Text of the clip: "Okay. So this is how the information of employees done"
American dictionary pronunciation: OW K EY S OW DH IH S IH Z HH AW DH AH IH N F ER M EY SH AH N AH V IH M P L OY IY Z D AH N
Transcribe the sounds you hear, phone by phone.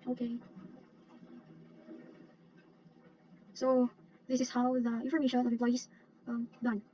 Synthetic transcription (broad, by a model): OW K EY S OW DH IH S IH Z HH AW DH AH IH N F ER M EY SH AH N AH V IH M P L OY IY D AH N